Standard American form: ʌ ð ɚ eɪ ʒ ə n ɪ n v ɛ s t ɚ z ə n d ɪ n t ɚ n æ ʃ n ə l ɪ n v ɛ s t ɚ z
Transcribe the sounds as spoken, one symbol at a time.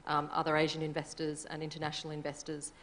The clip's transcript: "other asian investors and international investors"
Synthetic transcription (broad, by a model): ʌ ð ɚ eɪ ʒ ə n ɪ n v ɛ s t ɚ z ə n ɪ n t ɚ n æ ʃ n l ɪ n v ɛ s t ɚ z